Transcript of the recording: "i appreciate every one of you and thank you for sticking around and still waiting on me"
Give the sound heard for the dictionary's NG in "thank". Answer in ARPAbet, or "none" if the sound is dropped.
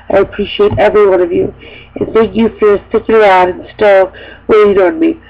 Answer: NG